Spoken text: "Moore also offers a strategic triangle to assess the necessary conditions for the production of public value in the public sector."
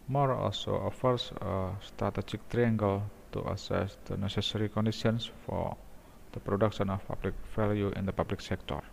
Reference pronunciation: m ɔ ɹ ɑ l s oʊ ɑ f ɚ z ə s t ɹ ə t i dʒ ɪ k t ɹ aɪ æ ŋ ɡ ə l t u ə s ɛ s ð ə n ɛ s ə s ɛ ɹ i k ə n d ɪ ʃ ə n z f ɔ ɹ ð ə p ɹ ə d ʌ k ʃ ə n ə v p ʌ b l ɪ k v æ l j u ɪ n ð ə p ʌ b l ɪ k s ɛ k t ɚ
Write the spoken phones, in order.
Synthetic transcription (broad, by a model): m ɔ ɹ ɑ l s oʊ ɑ f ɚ s ə s t ɹ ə t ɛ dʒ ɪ k t ɹ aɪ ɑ ŋ ɡ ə l t u ə s ɛ s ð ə n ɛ s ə s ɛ ɹ i k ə n d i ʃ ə n s f ɔ ɹ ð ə p ɹ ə d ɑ k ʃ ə n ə f p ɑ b l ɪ k f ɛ l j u ɪ n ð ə p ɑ b l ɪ k s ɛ k t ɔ